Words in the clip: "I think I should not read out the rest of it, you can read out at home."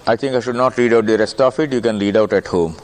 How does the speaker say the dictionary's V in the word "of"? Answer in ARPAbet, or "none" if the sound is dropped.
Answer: F